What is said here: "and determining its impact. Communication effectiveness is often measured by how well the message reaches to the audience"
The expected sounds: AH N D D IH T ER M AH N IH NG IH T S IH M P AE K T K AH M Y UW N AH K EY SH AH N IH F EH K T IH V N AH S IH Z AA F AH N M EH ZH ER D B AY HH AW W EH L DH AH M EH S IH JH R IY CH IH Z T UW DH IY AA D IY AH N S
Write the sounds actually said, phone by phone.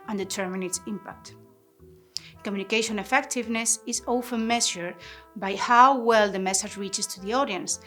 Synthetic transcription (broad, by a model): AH N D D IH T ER M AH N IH IH T S IH M P AE K T K AH M Y UW N AH K EY SH AH N IH F EH K T IH V N AH S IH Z AA F AH N M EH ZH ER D B AY HH AW W EH L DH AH M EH S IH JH R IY CH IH S T UW DH IY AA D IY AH N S